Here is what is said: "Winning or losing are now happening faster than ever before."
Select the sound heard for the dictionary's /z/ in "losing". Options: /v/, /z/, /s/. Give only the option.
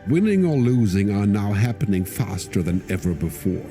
/z/